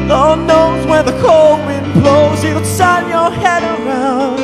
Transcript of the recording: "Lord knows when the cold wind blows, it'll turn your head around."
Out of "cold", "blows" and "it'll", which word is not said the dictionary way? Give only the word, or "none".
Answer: it'll